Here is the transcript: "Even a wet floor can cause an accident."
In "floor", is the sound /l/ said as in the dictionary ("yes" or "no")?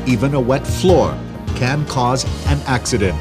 yes